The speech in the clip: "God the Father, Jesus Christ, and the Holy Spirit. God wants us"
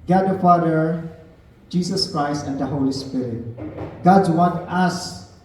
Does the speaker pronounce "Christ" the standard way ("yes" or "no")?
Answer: yes